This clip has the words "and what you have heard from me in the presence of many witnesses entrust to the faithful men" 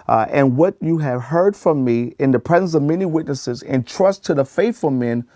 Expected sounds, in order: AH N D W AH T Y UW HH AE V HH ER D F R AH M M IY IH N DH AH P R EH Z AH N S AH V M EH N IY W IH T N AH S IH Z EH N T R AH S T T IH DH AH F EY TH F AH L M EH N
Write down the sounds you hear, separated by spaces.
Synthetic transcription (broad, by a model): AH N W AH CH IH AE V HH ER D F R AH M M IY IH N DH AH P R EH Z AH N S AH V M EH N IY W IH T N AH S IH Z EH N T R AH S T T IH DH AH F EY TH F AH L M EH N